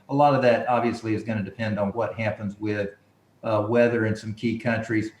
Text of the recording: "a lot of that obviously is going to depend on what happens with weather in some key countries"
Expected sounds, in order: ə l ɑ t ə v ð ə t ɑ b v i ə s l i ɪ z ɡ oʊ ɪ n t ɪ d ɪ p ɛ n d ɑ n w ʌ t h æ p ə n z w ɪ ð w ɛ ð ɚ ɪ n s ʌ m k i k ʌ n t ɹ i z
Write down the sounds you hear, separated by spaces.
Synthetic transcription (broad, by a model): ə l ɑ t ə v ð ə t ɑ b v i ə s l i ɪ z ɡ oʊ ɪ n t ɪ d ɪ p ɛ n d n w ʌ t h æ p ə n z w ɪ ð w ɛ ð ɚ ɪ n s ʌ m k i k ʌ n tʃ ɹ i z